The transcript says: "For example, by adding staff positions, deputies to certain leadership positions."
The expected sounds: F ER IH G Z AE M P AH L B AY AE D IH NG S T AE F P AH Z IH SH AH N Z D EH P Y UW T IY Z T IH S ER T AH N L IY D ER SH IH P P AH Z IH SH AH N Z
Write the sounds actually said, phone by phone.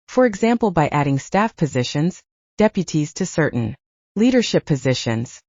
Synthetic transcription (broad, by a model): F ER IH G Z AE M P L B AY AE D IH NG S T AE F P AH Z IH SH AH N Z D EH P Y UW T IY Z T IH S ER T N L IY D ER SH IH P P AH Z IH SH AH N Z